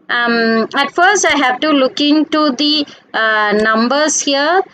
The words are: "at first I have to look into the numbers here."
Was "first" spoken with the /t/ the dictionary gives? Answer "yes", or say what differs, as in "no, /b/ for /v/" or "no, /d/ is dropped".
yes